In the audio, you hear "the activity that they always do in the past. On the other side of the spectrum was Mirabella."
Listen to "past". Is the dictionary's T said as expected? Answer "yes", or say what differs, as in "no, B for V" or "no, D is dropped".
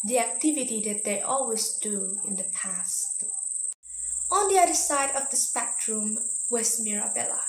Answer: yes